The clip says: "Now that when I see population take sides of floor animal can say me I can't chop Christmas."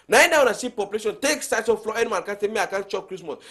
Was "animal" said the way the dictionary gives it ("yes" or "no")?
no